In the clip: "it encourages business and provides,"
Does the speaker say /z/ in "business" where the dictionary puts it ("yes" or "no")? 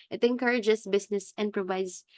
no